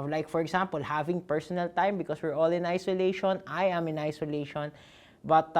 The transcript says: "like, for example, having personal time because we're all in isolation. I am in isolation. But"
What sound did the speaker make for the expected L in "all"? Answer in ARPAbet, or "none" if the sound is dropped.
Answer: L